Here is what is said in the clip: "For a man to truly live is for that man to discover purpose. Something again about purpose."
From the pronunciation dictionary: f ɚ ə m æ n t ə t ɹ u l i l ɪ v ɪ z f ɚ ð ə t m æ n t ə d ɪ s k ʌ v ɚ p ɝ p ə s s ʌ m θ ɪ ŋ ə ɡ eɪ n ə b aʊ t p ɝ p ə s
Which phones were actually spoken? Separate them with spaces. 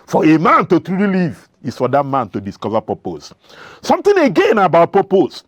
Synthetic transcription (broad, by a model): f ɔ ə m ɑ n t ə t ɹ u l i l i v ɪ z f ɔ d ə t m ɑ n t ə d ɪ s k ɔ v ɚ p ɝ p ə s s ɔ m t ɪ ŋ ə ɡ eɪ n ə b aʊ t p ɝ p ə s